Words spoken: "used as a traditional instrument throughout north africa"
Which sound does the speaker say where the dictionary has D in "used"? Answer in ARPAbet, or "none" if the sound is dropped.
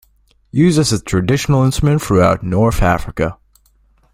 none